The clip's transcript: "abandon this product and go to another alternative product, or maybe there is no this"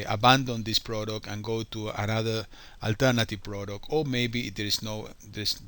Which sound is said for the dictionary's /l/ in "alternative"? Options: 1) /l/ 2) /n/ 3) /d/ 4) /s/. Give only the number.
1